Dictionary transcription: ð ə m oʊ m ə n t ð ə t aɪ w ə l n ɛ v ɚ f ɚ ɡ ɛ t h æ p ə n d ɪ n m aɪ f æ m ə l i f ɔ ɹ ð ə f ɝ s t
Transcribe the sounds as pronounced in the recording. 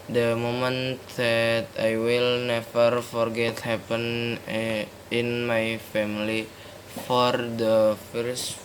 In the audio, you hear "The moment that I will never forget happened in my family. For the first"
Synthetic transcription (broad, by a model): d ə m oʊ m ə n t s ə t aɪ w ə l n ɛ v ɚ f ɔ ɡ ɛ t h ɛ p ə n ɪ n m aɪ f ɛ m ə l i f ɔ ɹ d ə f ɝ s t